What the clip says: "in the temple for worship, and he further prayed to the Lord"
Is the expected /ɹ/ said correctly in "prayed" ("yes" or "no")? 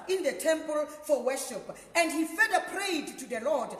yes